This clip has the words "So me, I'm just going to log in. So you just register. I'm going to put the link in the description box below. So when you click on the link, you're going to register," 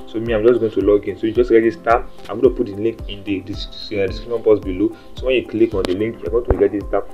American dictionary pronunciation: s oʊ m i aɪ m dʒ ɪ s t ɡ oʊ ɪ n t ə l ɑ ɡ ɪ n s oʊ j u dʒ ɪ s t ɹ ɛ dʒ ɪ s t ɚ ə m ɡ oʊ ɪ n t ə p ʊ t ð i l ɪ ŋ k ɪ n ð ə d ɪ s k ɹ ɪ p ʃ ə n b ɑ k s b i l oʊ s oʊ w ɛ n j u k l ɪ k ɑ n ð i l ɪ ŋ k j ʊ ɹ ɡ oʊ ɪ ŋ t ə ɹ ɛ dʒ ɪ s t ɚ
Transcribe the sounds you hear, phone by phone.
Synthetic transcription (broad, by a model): s oʊ m i aɪ m dʒ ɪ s ɡ oʊ ɪ n t ə l ɑ ɡ ɪ n s oʊ j u dʒ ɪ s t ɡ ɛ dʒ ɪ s t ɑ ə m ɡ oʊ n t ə p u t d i l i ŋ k ɪ n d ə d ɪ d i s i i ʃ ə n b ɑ s b i l oʊ s oʊ w ɛ n j u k l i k ɑ n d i l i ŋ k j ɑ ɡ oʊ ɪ t ə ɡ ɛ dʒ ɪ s t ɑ